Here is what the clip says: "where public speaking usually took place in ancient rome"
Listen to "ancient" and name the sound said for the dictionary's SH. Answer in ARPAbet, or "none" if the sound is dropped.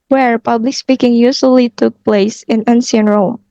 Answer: S